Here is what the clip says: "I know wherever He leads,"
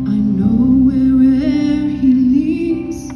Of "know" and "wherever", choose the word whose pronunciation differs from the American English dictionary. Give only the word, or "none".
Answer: wherever